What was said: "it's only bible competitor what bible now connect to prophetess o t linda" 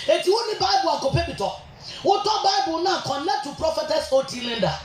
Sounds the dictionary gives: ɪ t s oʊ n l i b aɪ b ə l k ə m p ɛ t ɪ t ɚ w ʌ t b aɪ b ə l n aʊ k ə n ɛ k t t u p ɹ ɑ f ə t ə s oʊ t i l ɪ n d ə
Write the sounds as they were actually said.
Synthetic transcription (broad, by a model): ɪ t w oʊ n i b aɪ b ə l k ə p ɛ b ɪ t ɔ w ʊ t b aɪ b ə l n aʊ k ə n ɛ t t u p ɹ ɑ f ə t ə s oʊ t i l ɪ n d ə